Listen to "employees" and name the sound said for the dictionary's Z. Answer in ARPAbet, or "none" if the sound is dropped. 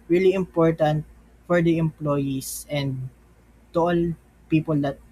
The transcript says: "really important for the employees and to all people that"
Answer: S